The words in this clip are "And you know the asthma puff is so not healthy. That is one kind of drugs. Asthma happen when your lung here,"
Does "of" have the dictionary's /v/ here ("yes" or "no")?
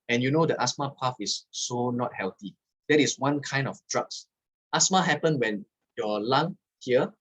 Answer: no